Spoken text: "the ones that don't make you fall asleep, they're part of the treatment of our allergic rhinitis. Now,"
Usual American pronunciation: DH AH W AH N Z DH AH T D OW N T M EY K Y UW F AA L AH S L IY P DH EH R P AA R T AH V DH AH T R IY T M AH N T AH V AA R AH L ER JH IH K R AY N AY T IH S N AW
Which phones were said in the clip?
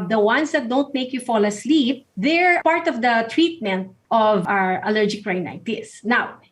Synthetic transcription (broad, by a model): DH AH W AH N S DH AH T D OW N T M EY K Y UW F AA L AH S L IY P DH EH R P AA R T AH V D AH T R IY T M AH N T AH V AA R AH L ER JH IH K R AY N AY T IH S N AW